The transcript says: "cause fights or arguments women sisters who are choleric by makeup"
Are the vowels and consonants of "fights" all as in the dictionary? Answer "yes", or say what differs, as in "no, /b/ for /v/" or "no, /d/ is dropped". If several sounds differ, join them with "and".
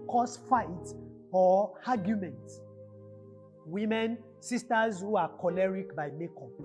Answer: no, /s/ is dropped